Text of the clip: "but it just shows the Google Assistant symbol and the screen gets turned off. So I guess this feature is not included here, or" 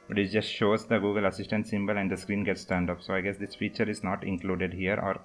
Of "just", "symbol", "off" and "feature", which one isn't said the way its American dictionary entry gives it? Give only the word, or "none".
off